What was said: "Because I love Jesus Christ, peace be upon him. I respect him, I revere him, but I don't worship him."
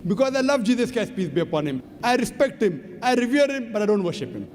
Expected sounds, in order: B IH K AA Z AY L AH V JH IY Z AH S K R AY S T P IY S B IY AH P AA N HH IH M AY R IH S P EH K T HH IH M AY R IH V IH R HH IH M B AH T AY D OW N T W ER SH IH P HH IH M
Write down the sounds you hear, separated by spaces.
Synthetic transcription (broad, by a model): B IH K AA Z AY L AH V JH IY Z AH S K AY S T P IY S B IY AH P AA N HH IH M AY R IH S P EH K T HH IH M AY R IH V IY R HH IH M B AH T AY D OW N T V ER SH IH P HH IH M